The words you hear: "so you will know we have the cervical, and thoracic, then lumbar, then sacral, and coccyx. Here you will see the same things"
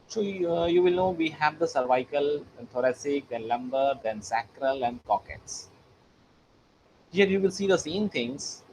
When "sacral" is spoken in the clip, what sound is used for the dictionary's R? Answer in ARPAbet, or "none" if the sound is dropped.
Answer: R